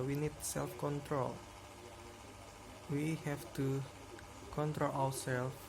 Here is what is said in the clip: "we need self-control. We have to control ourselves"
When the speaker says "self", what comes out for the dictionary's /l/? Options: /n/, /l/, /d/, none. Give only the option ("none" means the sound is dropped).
/l/